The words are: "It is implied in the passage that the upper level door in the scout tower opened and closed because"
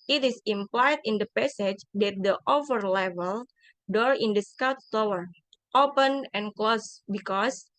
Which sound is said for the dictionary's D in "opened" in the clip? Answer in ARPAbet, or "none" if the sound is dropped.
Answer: none